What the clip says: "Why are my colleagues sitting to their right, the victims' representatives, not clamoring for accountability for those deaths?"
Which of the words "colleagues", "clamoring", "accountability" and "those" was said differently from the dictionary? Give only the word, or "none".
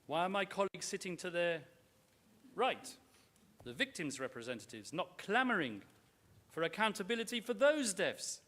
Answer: none